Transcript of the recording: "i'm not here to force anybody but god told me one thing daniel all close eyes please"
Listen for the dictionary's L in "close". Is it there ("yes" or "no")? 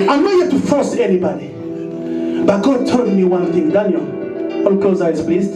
no